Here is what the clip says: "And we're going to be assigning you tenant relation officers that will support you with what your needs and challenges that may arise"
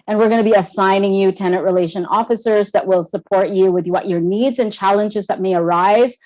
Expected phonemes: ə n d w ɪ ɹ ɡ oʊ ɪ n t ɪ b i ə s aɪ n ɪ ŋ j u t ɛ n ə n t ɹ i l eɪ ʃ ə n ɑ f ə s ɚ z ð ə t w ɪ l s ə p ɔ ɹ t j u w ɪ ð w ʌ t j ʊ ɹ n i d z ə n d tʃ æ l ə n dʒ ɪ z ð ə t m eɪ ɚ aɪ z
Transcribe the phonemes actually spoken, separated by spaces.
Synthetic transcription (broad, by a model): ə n w ɪ ɹ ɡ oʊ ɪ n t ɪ b i ə s aɪ n ɪ ŋ j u t ɛ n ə t ɹ i l eɪ ʃ ə n ɑ f ə s ɚ z ð ə t w ɪ l s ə p ɔ ɹ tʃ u w ɪ ð w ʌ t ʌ ɹ n i d z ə n tʃ æ l ə n dʒ ɪ z ð ə t m eɪ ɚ aɪ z